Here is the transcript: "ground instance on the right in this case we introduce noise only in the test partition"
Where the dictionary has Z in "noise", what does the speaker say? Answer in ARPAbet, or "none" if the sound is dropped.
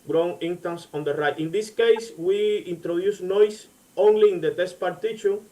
S